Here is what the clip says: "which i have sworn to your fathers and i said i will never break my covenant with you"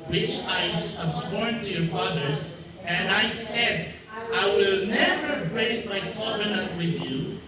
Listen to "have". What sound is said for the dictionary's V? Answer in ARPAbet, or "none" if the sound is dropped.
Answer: B